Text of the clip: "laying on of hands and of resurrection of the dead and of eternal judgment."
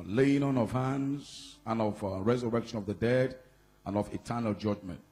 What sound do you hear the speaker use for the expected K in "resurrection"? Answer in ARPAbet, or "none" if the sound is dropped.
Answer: K